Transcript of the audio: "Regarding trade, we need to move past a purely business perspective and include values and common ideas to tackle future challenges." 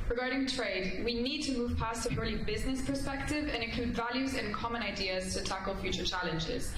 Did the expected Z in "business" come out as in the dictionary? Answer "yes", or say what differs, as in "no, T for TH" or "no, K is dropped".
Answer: yes